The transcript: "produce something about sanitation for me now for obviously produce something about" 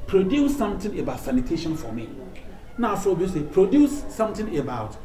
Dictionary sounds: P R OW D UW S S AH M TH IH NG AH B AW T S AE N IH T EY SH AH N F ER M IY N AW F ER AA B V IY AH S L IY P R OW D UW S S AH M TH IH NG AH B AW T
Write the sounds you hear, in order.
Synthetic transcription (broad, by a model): P R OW D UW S S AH M T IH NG AH B AW T S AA N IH T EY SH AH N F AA M IY N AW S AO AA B IY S IY P R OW D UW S S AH M T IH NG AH B AW T